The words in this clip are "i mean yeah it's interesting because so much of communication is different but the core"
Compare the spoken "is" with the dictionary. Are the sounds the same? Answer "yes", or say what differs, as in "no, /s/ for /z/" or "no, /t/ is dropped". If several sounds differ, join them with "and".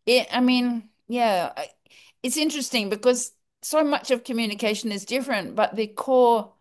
yes